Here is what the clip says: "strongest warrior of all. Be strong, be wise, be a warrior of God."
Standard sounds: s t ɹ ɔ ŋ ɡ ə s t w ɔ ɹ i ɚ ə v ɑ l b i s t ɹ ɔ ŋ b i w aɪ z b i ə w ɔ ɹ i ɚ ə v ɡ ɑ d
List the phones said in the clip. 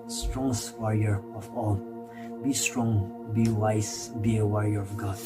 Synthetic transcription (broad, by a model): s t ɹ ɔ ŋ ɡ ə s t w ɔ ɹ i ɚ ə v ɑ l b i s t ɹ ɔ ŋ b i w aɪ s b i ə w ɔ ɹ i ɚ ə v ɡ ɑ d